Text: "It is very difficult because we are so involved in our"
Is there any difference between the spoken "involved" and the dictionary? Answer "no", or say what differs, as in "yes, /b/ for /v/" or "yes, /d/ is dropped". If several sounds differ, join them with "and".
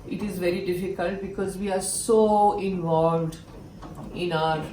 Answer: no